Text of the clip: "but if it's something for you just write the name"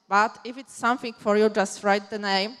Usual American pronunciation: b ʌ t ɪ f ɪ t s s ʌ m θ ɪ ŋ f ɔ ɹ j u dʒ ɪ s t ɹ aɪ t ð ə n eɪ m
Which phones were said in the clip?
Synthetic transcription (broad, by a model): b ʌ t ɪ f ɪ t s s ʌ m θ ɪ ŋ f ɔ ɹ j u dʒ ɪ s t ɹ aɪ t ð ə n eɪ m